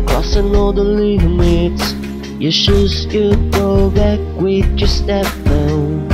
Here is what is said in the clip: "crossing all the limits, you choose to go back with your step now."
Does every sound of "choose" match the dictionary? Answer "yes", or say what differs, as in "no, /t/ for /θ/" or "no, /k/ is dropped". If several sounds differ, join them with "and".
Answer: no, /ʃ/ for /tʃ/